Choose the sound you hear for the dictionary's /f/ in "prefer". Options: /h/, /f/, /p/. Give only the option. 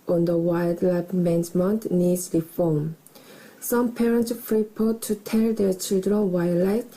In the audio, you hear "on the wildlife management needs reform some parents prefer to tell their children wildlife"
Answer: /p/